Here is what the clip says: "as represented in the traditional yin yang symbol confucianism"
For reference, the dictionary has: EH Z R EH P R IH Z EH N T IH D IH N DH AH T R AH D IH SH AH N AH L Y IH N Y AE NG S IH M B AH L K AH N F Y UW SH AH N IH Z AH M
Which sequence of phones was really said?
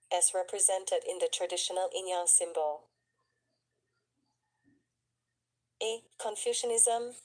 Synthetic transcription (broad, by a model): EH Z R EH P R IH Z EH N T IH D IH N DH AH T R AH D IH SH AH N AH L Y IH N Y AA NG S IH M B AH L K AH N F Y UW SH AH N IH Z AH M